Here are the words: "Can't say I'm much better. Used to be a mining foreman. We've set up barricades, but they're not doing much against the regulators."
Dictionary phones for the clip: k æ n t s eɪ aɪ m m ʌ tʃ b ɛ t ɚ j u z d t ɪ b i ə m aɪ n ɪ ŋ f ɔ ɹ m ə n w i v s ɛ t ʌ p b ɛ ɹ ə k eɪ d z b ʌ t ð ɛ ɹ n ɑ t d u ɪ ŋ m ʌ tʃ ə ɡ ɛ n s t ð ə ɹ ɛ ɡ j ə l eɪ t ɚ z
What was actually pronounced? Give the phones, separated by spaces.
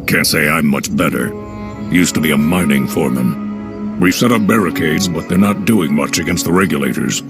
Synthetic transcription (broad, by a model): k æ n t s eɪ aɪ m m ʌ tʃ b ɛ t ɚ j u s t ɪ b i ə m aɪ n ɪ ŋ f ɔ ɹ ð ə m w i v s ɛ t ʌ p b ɛ ɹ ə k eɪ d z b ʌ t ð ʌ ɹ n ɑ t d u ɪ ŋ m ʌ tʃ ə ɡ ɛ n s t ð ə ɹ ɛ ɡ j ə l eɪ t ɚ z